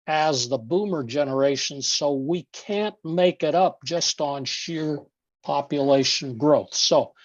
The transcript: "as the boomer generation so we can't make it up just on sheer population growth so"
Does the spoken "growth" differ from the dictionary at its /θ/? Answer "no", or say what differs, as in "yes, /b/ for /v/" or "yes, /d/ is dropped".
no